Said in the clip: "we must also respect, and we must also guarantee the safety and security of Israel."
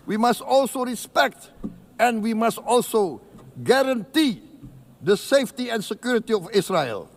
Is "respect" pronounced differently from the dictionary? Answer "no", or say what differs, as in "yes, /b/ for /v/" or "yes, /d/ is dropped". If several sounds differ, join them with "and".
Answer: no